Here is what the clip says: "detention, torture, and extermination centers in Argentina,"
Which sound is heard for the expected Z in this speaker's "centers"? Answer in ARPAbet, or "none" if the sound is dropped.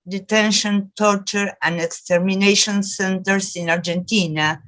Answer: S